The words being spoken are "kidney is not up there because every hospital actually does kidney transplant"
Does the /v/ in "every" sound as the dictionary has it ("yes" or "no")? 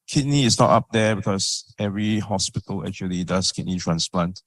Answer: yes